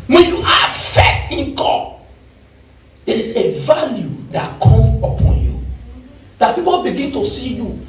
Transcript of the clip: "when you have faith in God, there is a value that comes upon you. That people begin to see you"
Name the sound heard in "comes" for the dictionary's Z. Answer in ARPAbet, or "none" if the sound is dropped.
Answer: none